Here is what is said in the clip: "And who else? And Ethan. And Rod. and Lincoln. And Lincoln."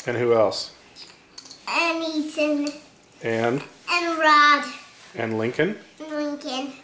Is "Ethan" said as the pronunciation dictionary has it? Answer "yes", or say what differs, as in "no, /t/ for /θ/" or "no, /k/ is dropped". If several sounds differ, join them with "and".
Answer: no, /t/ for /θ/